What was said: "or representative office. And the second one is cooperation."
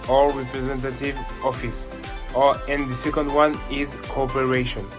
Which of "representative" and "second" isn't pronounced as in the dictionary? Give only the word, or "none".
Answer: none